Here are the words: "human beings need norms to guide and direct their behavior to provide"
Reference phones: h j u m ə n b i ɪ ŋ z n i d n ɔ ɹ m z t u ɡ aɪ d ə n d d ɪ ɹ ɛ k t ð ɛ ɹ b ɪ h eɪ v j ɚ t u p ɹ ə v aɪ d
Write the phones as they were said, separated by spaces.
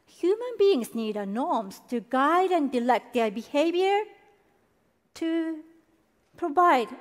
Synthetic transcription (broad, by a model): h j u m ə n b i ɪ ŋ s n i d n ɔ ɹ m s t u ɡ aɪ d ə n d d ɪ l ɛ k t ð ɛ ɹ b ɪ h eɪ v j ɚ t u p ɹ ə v aɪ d